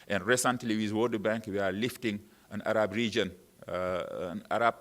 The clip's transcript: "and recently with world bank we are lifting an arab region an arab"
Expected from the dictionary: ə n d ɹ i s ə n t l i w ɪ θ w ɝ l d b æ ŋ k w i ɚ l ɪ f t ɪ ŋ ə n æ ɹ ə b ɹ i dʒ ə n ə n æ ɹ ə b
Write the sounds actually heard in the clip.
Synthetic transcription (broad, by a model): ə n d ɹ i s ə n t l i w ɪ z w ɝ d b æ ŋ k w i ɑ l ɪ f t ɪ ŋ ə n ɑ ɹ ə b ɹ i dʒ ə n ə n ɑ ɹ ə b